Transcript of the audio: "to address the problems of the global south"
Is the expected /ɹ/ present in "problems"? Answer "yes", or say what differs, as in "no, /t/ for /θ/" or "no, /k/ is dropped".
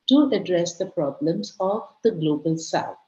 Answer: yes